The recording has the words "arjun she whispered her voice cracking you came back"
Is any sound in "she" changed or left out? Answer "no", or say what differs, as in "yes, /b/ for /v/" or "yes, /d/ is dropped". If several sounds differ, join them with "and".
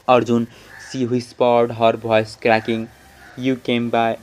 yes, /s/ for /ʃ/